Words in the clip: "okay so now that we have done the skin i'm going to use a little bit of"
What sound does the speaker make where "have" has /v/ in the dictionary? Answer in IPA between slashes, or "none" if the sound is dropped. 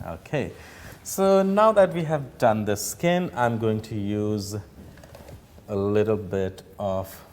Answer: /v/